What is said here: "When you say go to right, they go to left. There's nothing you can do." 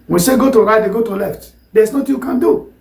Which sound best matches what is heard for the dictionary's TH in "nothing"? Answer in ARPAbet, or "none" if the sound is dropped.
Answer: T